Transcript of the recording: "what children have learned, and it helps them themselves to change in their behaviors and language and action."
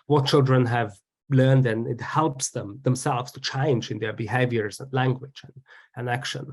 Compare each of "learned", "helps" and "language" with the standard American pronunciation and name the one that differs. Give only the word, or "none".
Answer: none